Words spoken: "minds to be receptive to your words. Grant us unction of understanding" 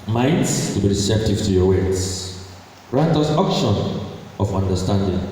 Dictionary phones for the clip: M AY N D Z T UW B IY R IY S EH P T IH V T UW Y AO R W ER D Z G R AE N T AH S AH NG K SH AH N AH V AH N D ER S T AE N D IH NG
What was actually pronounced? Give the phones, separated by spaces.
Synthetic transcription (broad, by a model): M AY N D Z T UW B IY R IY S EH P T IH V T UW Y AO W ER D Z R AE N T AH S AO K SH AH N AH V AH N D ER S T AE N D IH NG